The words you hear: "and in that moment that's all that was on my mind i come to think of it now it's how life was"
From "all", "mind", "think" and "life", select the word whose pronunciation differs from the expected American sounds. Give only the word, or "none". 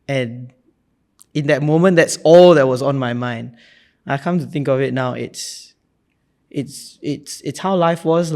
none